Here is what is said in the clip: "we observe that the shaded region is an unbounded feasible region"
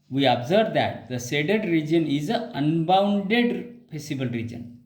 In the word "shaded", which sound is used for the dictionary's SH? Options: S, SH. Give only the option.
S